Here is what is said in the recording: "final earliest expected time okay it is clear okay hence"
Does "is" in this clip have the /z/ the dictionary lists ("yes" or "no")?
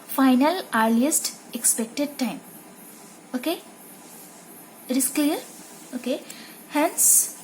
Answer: no